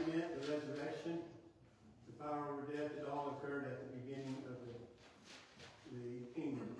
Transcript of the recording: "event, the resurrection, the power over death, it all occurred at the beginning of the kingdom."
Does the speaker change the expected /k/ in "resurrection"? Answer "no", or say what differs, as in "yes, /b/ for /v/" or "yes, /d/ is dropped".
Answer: yes, /k/ is dropped